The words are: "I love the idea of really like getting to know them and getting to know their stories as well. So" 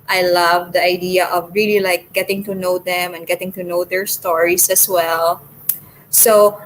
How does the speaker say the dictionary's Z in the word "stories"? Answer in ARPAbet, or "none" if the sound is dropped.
S